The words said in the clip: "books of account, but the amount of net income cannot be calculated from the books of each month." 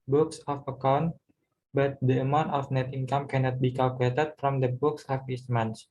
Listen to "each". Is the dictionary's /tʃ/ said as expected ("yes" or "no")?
no